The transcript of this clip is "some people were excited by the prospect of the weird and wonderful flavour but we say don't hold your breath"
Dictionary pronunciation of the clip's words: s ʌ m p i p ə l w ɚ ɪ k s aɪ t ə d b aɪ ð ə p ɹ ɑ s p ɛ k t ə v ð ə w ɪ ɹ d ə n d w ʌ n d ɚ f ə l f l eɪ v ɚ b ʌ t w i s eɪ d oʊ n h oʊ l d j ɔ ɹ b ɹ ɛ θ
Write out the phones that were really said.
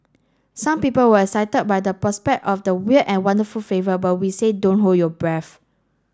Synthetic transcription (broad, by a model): s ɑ m p i p ə l w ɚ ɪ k s aɪ t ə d b aɪ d ə p ɹ ɑ s p ɛ k t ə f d ə w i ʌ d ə n w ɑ n d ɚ f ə l f eɪ v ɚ b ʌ t w i s eɪ d oʊ n h oʊ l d j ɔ b ɹ ɛ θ